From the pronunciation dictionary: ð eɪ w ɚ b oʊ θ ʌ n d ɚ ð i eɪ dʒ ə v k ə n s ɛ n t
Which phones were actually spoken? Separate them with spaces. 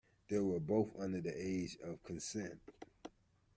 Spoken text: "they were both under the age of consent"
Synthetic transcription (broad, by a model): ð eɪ w ɚ b oʊ θ ʌ n d ɚ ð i eɪ dʒ ə v k ə n s ɛ n t